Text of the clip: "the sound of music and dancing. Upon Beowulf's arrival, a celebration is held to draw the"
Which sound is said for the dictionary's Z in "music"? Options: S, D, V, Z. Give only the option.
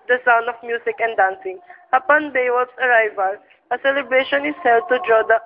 S